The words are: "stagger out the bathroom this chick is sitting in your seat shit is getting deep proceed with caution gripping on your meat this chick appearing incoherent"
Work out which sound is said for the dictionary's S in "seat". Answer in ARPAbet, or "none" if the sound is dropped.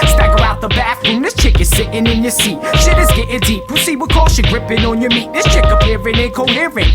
S